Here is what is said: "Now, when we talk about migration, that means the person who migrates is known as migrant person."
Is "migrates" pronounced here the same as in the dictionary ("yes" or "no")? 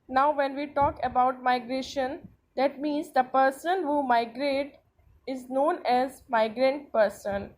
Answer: no